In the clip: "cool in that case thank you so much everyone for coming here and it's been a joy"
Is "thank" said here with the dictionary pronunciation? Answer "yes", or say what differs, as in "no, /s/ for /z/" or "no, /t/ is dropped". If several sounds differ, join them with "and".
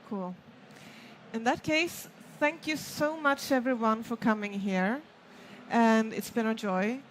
yes